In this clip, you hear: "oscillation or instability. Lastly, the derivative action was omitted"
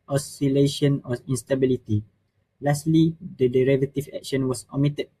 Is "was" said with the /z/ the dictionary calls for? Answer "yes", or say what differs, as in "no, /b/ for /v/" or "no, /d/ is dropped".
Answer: no, /s/ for /z/